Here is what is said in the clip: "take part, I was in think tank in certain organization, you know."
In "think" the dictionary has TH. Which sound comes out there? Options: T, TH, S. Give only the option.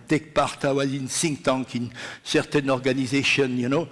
S